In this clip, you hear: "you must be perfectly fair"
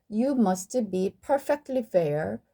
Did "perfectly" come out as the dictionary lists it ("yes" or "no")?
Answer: yes